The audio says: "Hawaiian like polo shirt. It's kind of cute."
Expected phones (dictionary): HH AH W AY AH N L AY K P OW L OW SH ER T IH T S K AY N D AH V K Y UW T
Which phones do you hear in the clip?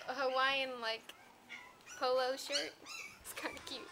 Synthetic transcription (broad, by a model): HH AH W AY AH N L AY K P OW L OW SH ER T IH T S K AY N D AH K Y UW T